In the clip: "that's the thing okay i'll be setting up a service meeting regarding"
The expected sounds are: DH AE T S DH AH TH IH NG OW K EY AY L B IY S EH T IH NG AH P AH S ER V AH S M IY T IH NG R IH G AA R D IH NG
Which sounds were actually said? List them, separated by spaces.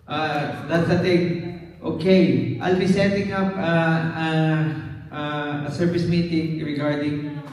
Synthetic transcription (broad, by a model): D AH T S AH T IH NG OW K EY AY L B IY S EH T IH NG AH P AH S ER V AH S M IY T IH NG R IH G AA R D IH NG